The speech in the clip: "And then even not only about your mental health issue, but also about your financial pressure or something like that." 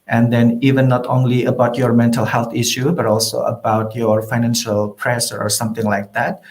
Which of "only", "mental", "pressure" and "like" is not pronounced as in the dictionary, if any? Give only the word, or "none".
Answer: pressure